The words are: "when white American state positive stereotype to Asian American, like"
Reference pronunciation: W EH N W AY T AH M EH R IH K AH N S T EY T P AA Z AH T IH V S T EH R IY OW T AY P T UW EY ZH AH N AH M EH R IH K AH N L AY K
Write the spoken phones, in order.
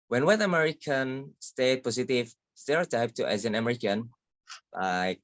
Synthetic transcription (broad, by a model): W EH N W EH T AH M EH R IH K AH N S T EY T P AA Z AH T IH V S T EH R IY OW T AY P T UW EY Z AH N AH M EH R IH K AH N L AY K